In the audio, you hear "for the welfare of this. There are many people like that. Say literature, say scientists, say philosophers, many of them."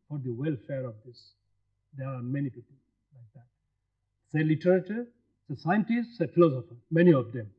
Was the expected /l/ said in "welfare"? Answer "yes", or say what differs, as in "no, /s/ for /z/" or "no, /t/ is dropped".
yes